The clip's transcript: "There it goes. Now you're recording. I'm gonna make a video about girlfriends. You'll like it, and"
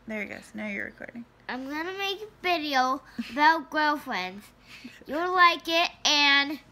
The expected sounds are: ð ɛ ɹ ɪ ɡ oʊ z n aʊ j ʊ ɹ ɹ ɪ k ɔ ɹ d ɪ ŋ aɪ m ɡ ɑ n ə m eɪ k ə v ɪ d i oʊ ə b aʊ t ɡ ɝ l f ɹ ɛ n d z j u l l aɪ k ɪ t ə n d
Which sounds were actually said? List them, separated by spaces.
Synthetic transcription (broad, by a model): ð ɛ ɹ ɪ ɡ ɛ s n aʊ j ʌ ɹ ɹ ɪ k ɔ ɹ d ɪ ŋ aɪ m ɡ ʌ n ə m eɪ k v ɪ d i oʊ ə b aʊ t ɡ ɝ l f ɹ ɛ n d z j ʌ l l aɪ k ɪ t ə n